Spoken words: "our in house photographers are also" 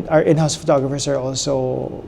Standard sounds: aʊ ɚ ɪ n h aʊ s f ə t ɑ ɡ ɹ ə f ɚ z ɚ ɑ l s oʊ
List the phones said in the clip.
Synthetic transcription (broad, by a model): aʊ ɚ ɪ n h aʊ s f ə t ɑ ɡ ɹ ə f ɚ s ɚ ɑ l s oʊ